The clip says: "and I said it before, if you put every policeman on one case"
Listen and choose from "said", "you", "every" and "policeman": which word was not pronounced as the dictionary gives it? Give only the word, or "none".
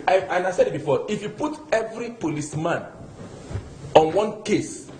none